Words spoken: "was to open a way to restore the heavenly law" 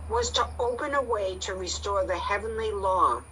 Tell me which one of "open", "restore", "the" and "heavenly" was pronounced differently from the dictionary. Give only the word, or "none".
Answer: none